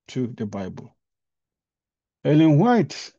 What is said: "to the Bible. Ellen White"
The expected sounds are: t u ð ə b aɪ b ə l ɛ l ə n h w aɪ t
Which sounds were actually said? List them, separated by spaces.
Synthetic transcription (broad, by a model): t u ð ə b aɪ b ə l ɛ l ə n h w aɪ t